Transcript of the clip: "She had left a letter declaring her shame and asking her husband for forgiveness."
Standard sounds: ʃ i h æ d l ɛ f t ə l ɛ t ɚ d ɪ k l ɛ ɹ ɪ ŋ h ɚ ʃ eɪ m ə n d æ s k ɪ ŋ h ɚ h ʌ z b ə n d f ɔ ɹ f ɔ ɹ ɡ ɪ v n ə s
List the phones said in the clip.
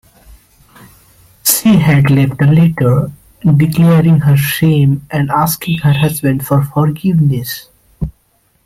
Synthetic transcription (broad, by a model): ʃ i h æ d l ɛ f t l ɛ t ɚ d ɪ k l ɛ ɹ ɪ ŋ h ɚ ʃ eɪ m ə n d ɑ s k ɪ ŋ h ɚ h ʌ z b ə n d f ɔ ɹ f ɔ ɹ ɡ ɪ v n ə s